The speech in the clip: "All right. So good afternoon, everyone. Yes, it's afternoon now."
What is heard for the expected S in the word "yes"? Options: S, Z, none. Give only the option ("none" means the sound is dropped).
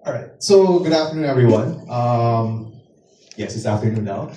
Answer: S